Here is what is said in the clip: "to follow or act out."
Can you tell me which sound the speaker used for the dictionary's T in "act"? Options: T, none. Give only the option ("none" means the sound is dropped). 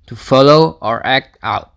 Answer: T